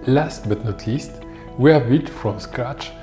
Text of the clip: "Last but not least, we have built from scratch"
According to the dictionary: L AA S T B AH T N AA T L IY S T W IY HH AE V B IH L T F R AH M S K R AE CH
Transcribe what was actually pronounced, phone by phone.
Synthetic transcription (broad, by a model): L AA S T B AH T N AA T L IY S T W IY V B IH T F R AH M S K R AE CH